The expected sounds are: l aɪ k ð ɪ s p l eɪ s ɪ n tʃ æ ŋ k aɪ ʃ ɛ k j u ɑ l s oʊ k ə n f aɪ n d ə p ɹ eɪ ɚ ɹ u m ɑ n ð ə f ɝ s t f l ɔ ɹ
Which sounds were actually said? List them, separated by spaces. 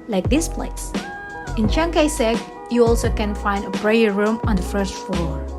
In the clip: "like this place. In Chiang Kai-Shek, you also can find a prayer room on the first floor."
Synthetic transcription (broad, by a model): l aɪ k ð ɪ s p l eɪ s ɪ n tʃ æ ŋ k aɪ s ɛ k j u ɑ l s oʊ k ə n f aɪ n d ə b ɹ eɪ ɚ ɹ u m ɑ n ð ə f ɝ s t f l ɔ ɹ